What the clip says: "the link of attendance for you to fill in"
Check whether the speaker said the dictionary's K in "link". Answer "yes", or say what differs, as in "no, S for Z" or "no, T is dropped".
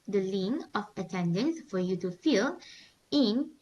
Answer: no, K is dropped